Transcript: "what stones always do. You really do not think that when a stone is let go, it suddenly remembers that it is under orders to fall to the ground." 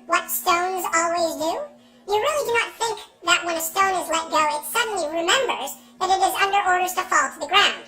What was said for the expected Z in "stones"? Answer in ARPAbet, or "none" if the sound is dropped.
Z